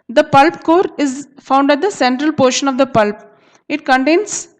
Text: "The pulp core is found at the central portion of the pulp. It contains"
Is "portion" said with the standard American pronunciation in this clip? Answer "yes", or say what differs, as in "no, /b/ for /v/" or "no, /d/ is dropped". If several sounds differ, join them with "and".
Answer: yes